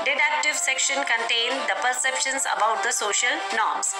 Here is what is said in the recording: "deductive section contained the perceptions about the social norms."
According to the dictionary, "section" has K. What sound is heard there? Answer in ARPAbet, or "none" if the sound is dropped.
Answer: K